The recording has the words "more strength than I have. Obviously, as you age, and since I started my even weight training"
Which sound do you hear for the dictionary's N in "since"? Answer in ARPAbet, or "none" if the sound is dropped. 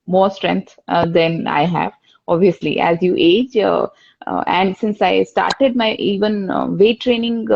N